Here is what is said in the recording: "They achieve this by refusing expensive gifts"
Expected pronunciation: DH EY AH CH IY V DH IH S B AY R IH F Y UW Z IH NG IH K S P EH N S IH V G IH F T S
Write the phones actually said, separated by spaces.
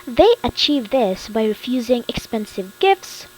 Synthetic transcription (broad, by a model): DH EY AH CH IY V DH IH S B AY R IH F Y UW Z IH NG IH K S P EH N S IH V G IH F T S